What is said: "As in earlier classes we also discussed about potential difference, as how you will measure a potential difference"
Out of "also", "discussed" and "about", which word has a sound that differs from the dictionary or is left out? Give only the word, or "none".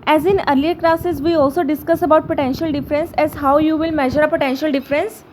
discussed